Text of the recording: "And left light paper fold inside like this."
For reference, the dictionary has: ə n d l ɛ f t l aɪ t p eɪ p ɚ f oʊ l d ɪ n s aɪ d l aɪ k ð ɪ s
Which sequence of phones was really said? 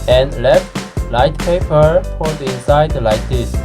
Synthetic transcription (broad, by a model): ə n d l ɛ f t l aɪ t p eɪ p ɚ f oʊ d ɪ s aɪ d l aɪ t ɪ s